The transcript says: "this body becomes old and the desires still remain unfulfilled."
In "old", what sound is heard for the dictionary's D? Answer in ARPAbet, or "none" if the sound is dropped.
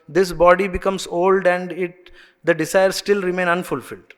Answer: D